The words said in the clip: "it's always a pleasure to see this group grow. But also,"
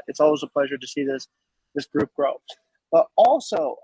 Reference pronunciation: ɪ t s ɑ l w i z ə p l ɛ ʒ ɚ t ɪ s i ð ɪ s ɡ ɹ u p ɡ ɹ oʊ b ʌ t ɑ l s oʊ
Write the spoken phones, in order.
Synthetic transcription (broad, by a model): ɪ t s ɑ l w i z ə p l ɛ ʒ ɚ t ɪ s i ð ɪ s ɡ ɹ u p ɡ ɹ oʊ b ʌ t ɑ l s oʊ